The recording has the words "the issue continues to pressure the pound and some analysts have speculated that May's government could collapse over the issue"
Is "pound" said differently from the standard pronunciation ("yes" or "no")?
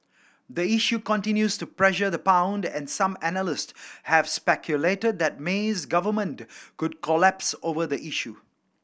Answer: no